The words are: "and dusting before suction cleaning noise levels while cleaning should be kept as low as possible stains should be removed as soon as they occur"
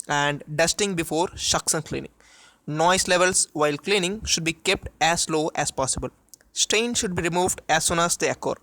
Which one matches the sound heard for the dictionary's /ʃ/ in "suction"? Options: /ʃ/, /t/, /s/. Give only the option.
/s/